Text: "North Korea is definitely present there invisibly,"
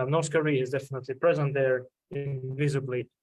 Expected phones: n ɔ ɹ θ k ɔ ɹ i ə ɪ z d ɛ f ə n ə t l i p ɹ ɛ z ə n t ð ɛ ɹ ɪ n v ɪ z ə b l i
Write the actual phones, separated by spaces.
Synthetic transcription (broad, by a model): n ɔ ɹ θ k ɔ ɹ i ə ɪ z d ɛ f ə n ə t l i p ɹ ɛ z ə n t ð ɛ ɹ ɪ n v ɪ z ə b l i